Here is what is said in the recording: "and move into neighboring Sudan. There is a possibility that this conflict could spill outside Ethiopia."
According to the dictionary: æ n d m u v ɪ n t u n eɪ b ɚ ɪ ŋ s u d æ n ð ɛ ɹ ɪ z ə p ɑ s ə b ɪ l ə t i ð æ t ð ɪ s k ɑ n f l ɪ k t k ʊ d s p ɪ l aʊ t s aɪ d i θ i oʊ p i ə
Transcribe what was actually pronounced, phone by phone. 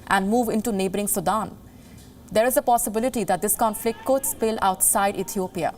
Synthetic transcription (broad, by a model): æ n d m u v ɪ n t u n eɪ b ɚ ɪ ŋ s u d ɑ n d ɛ ɹ ɪ z ə p ɑ s ə b ɪ l ə t i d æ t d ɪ s k ɑ n f l ɪ k t k ʊ d s p ɪ l aʊ t s aɪ d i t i oʊ p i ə